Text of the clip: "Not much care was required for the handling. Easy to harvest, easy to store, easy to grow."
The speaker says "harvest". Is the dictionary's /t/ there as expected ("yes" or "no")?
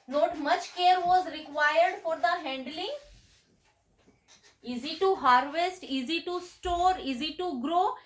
yes